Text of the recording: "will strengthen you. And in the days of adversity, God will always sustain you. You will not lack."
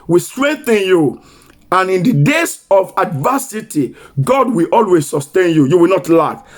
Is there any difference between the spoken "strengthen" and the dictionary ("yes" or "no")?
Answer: no